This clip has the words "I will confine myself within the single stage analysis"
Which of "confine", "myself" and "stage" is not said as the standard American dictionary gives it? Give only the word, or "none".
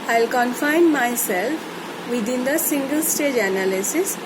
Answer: none